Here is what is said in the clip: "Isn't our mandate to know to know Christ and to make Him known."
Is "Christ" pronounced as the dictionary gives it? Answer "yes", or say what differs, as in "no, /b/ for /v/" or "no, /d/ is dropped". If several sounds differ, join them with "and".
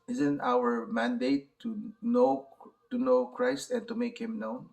yes